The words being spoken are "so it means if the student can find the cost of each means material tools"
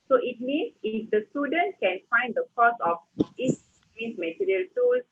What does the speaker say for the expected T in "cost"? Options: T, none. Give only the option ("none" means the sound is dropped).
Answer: none